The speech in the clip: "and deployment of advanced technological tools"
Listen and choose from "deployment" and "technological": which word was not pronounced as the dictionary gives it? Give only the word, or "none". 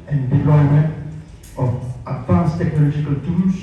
deployment